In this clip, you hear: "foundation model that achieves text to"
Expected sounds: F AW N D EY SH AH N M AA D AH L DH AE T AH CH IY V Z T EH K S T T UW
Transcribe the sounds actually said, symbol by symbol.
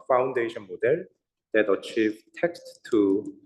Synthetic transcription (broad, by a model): F AW N D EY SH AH N M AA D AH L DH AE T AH CH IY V T EH K S T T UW